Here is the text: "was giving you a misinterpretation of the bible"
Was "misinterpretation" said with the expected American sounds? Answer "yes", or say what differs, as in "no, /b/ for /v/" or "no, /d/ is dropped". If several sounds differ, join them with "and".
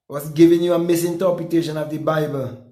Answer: no, /ɹ/ is dropped